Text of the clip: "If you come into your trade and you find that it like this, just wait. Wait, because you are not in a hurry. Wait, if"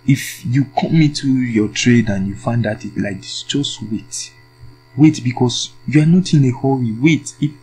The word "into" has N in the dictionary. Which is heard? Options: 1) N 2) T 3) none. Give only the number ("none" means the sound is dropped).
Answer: 3